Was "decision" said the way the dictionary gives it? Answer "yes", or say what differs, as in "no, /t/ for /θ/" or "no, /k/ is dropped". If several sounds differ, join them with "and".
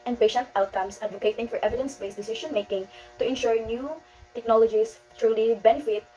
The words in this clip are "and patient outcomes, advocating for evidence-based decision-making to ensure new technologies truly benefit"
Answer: no, /ʃ/ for /ʒ/